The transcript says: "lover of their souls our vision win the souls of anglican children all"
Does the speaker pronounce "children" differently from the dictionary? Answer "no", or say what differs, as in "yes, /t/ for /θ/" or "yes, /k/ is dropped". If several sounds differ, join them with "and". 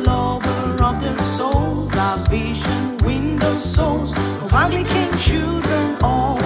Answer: no